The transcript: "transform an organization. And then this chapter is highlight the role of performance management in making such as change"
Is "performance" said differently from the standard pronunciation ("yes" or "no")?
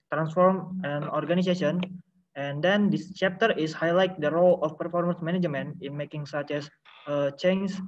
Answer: no